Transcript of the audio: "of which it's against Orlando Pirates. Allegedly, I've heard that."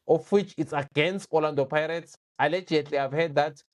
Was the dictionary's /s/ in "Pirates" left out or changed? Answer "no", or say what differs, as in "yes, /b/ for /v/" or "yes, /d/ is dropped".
no